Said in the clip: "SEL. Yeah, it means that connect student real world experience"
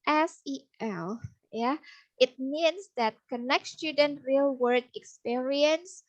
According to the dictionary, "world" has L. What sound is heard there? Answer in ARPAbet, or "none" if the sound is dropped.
none